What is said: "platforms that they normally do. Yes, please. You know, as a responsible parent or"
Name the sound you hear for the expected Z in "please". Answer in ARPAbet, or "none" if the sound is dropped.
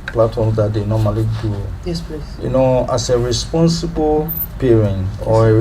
none